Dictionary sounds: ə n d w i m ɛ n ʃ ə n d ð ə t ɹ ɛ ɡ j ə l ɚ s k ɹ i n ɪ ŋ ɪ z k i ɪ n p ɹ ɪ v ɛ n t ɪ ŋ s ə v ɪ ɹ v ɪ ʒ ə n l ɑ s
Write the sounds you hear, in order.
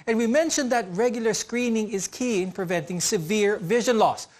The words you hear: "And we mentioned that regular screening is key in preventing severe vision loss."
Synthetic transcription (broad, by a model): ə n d w i m ɛ n ʃ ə n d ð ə t ɹ ɛ ɡ j ə l ɚ s k ɹ i n ɪ ŋ ɪ z k i ɪ n p ɹ ɪ v ɛ n t ɪ ŋ s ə v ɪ ɹ v ɪ ʒ ə n l ɑ s